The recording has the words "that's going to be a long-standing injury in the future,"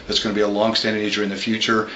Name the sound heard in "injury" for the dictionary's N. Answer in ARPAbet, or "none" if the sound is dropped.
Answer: none